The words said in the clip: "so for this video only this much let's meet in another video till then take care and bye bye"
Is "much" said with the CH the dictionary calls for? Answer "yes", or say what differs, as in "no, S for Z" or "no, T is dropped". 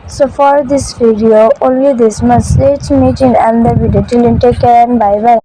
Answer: no, S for CH